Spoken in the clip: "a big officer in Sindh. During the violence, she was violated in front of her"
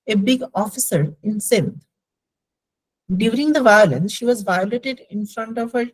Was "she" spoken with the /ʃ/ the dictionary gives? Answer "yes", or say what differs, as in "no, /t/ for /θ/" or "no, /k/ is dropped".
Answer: yes